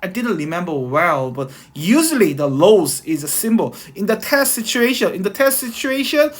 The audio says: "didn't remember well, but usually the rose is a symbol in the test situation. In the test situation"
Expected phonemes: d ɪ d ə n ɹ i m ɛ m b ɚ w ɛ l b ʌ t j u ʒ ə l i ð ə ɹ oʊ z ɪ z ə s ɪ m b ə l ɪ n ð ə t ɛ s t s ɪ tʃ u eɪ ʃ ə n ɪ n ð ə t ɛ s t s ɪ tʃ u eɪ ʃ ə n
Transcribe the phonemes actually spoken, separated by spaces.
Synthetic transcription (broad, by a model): d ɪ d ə n ɹ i m ɛ m b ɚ w ɛ l b ʌ t j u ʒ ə l i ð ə l oʊ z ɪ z ə s ɪ m b ə l ɪ n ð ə t ɛ s t s ɪ tʃ u eɪ ʃ ə n ɪ n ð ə t ɛ s t s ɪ tʃ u eɪ ʃ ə n